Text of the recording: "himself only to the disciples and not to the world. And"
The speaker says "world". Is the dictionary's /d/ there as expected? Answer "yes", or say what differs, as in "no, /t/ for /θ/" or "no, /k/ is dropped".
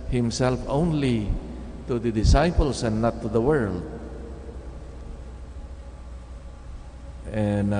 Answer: yes